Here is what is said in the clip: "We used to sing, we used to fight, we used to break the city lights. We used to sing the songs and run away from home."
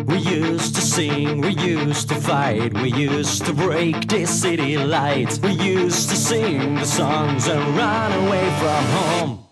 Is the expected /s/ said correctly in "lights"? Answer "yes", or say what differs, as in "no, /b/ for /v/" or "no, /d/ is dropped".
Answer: no, /s/ is dropped